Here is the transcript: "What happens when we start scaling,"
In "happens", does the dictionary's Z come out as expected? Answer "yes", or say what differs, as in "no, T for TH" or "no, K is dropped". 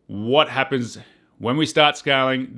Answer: yes